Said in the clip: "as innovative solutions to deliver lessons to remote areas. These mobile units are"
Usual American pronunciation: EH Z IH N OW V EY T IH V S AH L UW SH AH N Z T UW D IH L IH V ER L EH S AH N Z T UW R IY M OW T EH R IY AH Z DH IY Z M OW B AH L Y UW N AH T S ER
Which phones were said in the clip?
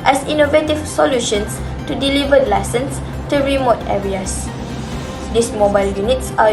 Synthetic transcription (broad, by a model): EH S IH N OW V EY T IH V S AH L UW SH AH N S T UW D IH L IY V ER L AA S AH N S T UW R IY M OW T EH R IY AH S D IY S M OW B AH L Y UW N AH T S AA